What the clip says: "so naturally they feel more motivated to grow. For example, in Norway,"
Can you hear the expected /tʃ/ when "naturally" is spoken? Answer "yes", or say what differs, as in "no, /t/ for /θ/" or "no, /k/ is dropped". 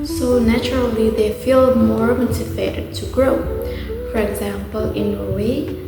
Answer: yes